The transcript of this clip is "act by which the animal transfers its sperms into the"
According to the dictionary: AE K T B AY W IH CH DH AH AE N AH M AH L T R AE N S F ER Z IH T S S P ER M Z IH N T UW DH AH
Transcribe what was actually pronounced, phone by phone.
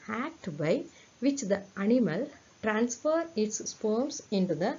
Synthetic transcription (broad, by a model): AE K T B AY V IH CH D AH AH N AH M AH L T R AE N S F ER IH T S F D M S IH N T UW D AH